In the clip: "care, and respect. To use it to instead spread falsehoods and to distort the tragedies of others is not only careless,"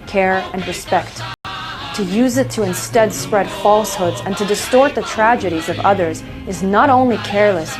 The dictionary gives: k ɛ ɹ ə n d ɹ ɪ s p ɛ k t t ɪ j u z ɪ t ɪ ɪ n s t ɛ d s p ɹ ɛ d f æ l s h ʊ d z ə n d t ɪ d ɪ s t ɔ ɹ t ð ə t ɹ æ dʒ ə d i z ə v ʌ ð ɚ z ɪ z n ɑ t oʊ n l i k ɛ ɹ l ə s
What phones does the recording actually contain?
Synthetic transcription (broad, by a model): k ɛ ɹ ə n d ɹ ɪ s p ɛ k t t ɪ j u z ɪ t ɪ ɪ n s t ɛ d s p ɹ ɛ d f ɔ l s h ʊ d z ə n t ɪ d ɪ s t ɔ ɹ t ð ə t ɹ æ dʒ ə d i z ə v ʌ ð ɚ z ɪ z n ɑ t oʊ n l i k ɛ ɹ l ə s